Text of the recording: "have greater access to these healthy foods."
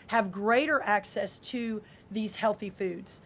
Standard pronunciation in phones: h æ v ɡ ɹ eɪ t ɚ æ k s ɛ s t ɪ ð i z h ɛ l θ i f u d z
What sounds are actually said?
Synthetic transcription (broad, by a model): h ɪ v ɡ ɹ eɪ t ɚ æ k s ɛ s t ɪ ð i z h ɛ l θ i f u d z